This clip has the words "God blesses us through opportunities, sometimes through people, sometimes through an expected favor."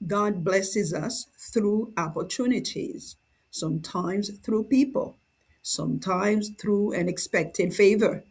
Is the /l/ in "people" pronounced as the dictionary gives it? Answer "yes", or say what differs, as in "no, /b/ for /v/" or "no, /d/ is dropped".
yes